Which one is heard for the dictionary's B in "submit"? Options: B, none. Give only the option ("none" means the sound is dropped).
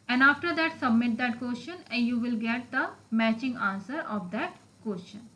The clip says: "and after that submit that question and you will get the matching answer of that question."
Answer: B